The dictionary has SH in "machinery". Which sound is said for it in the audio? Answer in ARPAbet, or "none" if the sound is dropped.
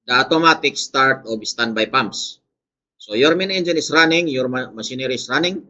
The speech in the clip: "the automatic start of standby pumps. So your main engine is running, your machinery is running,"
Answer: S